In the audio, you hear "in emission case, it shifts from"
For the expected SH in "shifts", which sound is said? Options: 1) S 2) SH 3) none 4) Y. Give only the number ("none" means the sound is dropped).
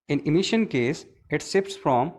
1